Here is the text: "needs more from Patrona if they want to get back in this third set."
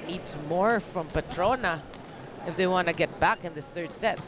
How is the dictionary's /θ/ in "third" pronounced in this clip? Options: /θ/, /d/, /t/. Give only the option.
/θ/